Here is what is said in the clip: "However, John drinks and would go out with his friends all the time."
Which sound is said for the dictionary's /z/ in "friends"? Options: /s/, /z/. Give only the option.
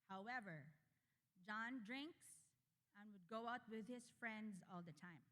/z/